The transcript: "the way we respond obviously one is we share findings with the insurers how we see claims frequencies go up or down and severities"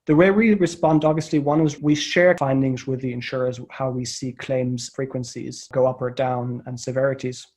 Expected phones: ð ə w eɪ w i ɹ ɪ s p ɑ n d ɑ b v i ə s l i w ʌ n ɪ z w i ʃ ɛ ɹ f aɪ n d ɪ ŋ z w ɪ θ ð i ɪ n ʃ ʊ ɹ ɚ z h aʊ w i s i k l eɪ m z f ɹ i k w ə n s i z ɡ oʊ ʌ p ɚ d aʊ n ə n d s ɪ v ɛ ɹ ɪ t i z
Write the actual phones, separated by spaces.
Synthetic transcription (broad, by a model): ð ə w eɪ w i ɹ ɪ s p ɑ n d ɑ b v i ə s l i w ʌ n ɪ z w i ʃ ɛ ɹ f aɪ n d ɪ ŋ z w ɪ ð i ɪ n ʃ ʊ ɹ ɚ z h aʊ w i s i k l eɪ m z f ɹ i k w ə n s i z ɡ oʊ ʌ p ɚ d aʊ n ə n s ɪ v ɛ ɹ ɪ t i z